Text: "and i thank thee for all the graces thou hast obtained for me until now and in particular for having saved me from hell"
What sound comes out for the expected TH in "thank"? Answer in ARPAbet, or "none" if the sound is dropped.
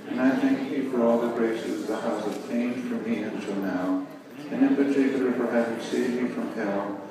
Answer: TH